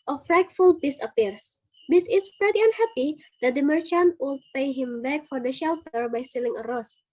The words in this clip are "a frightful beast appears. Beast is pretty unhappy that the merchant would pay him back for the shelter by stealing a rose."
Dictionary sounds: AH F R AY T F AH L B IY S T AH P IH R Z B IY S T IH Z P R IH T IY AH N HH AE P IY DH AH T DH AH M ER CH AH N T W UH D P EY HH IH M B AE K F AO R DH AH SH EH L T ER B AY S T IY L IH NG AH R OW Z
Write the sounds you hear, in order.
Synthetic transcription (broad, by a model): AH F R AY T F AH L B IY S AH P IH R S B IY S IH S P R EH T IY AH N HH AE P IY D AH T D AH M ER CH AH N T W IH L P EY HH IH M B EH K F AO R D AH SH EH L T ER B AY S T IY L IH NG AH R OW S